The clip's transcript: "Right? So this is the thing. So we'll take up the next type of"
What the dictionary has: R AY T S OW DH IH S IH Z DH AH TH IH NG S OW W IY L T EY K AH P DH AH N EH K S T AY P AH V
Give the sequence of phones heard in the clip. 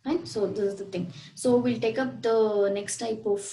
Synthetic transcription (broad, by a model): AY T S OW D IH S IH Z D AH T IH NG S OW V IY L T EY K AH P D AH N EH K S T AY P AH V